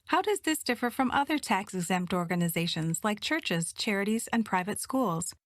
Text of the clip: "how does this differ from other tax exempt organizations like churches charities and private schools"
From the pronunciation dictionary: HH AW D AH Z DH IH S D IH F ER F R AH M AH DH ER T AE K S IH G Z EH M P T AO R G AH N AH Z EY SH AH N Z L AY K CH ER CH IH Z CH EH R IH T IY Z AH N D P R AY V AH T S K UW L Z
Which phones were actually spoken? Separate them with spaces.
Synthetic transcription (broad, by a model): HH AW D AH Z DH IH S D IH F ER F R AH M AH DH ER T AE K S IH G Z EH M P T AO R G AH N AH Z EY SH AH N Z L AY K CH ER CH IH Z CH EH R IH T IY Z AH N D P R AY V AH T S K UW L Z